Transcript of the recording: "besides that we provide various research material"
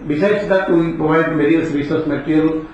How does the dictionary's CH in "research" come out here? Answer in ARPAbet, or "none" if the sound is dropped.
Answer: S